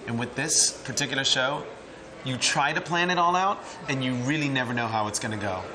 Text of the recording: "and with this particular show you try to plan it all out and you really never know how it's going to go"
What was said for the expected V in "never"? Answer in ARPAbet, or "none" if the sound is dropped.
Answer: V